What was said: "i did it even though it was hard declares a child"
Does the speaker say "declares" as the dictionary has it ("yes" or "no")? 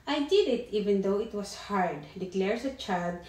no